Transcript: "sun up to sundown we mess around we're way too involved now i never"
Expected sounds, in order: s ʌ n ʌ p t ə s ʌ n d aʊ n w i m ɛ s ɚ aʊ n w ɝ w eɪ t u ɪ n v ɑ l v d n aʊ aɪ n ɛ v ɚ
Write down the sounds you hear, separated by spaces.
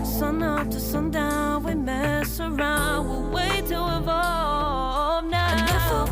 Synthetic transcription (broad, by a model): s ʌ n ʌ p t ə s ʌ n d aʊ n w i m ɛ s ɚ aʊ n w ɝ w eɪ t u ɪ v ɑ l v n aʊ aɪ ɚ